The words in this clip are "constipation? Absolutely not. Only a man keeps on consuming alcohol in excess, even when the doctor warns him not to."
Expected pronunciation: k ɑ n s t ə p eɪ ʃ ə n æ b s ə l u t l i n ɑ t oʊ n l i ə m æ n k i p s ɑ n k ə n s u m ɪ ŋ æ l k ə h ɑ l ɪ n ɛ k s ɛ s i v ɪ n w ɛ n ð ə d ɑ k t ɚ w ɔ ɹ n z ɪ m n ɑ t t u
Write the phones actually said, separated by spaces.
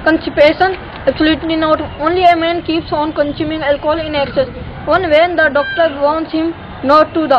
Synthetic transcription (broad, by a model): k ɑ n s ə p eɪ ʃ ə n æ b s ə l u t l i n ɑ t oʊ n l i ə m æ n k i p s ɑ n k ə n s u m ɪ ŋ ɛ l k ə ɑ l ɪ n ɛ k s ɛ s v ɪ n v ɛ n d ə d ɑ k t ɚ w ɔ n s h ɪ m n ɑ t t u